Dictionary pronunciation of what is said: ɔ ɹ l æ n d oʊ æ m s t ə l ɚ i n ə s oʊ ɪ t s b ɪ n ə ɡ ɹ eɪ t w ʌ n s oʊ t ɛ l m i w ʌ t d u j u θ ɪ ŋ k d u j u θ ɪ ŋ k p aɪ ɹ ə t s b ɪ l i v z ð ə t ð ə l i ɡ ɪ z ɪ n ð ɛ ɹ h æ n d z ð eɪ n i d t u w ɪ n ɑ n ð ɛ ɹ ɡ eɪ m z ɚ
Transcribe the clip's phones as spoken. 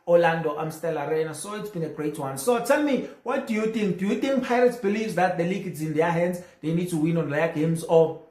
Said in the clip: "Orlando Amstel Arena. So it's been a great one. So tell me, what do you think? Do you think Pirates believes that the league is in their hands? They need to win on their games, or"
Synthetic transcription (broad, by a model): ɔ l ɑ n d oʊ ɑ m s t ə l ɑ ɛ n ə s oʊ ɪ t s b ɪ n ə ɡ ɹ eɪ t w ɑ n s oʊ t ɛ l m i w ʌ t d u j u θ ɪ ŋ k d u j u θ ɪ ŋ k p aɪ ɹ ə t s b ɪ l i v z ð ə t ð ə l i ɡ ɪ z ɪ n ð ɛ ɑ h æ n d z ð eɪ n i d t u w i n ɑ n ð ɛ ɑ ɡ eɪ m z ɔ